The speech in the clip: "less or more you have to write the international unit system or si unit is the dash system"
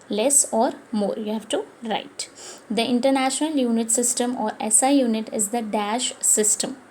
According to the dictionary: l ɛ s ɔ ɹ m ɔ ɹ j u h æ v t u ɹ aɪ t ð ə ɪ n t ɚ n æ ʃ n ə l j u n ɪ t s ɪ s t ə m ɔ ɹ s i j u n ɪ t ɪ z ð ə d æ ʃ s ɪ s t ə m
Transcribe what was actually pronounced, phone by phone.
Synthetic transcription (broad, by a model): l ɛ s ɔ ɹ m ɔ ɹ j u h æ v t u ɹ aɪ t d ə ɪ n t ɚ n æ ʃ n ə l j u n ɪ t s ɪ s t ə m ɔ ɹ s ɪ j u n ɪ t ɪ z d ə d æ ʃ s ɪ s t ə m